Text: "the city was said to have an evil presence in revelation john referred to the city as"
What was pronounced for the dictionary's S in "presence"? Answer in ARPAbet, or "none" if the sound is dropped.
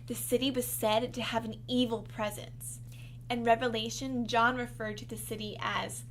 S